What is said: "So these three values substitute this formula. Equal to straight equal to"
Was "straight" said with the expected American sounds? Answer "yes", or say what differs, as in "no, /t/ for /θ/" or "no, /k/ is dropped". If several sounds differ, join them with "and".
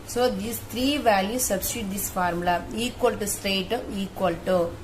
no, /ɹ/ is dropped